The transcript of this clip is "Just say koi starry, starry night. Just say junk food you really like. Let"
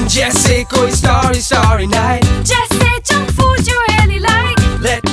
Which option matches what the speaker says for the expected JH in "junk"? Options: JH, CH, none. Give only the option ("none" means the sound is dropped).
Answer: CH